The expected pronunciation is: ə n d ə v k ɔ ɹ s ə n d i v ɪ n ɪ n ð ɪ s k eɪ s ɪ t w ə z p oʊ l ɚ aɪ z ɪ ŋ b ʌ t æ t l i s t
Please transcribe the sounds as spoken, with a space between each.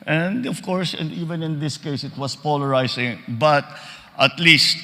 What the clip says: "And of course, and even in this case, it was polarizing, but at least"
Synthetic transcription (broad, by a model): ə n d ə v k ɔ ɹ s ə n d i v ɪ n ɪ n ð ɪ s k eɪ s ɪ t w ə s p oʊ l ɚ aɪ s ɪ ŋ b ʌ t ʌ t l i s t